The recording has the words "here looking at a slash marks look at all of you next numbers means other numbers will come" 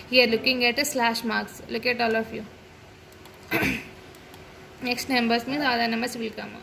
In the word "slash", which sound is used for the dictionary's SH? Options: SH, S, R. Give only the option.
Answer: SH